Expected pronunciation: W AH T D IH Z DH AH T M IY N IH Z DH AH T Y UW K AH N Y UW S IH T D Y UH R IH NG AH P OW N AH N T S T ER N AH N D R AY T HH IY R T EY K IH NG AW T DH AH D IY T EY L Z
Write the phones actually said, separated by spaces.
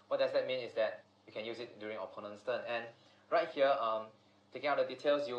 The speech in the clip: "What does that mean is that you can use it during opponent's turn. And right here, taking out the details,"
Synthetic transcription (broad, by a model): W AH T D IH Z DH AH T M IY N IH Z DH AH T Y UW K AH N Y UW S IH T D Y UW R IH NG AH P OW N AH N S T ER N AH N R AY T HH IY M T EY K IH NG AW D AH D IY T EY L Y